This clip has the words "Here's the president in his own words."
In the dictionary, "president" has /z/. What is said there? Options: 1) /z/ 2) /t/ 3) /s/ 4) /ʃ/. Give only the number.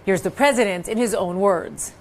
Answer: 1